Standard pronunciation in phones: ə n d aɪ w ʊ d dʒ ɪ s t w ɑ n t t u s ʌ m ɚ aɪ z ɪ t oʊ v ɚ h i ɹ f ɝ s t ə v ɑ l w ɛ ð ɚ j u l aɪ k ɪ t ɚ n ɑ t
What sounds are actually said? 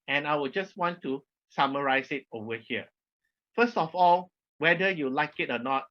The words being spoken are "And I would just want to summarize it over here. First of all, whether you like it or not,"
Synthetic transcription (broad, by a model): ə n aɪ w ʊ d dʒ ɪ s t w ɑ n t t u s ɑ m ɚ aɪ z ɪ t oʊ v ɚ h i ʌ f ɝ s t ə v ɑ l w ɛ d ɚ j u l aɪ k ɪ t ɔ n ɑ t